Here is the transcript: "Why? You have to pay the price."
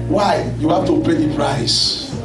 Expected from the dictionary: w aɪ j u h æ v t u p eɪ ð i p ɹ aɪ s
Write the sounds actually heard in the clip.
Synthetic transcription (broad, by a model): w aɪ j u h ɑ f t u p eɪ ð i p ɹ aɪ s